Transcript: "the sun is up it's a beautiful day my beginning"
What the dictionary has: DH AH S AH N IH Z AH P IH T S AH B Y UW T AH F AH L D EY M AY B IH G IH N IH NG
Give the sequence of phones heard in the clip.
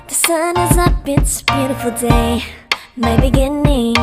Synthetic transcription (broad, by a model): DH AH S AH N IH Z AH B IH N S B Y UW T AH F L D EY M AY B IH G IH N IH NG